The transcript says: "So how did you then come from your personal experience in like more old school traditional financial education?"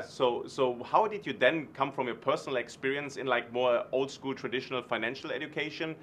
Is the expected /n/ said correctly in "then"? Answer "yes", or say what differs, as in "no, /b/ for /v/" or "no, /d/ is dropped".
yes